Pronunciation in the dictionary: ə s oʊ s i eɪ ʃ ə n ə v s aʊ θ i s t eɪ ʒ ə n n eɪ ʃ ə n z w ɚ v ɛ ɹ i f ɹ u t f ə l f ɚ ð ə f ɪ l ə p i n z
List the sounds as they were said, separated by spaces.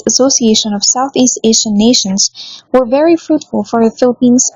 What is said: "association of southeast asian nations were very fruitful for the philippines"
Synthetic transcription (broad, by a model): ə s oʊ s i eɪ ʃ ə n ə v s aʊ θ i s t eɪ s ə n n eɪ ʃ ə n z w ɚ v ɛ ɹ i f ɹ u t f ə l f ɚ ð ə f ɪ l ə p i n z